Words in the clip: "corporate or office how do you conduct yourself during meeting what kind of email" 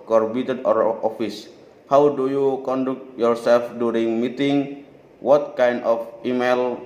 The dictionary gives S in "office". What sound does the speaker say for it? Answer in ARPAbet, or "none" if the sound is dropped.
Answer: S